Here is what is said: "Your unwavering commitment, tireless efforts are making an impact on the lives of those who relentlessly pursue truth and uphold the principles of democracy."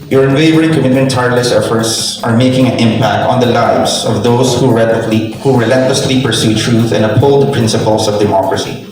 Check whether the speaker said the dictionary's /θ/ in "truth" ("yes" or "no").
yes